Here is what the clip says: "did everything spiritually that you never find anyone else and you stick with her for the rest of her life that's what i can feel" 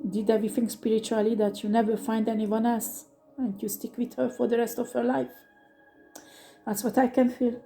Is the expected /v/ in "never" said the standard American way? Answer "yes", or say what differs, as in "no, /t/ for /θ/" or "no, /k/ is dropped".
yes